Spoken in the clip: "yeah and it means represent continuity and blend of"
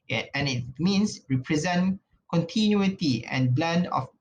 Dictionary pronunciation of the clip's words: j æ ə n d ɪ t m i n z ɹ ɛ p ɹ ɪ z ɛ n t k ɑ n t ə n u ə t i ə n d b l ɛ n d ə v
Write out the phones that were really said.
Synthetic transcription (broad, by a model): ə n ɪ t m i n s ɹ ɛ p ɹ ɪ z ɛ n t k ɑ n t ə n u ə t i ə n b l ɛ n d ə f